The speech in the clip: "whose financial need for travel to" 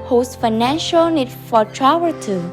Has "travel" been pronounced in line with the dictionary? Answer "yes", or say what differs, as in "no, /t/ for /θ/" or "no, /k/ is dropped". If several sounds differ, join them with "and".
no, /w/ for /v/